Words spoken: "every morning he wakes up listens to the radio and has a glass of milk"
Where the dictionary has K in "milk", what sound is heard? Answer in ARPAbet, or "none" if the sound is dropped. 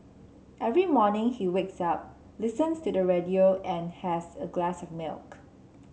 K